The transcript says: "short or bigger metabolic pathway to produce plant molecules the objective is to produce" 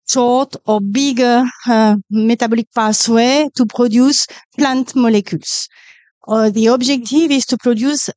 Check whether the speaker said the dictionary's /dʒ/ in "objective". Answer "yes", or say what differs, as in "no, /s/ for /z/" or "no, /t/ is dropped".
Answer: no, /ʒ/ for /dʒ/